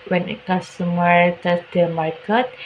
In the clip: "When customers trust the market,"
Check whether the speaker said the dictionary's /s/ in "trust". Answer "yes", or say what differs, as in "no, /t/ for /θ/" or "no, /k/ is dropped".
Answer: no, /s/ is dropped